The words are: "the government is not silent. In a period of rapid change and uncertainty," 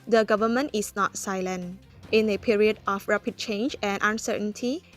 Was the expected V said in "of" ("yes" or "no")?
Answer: no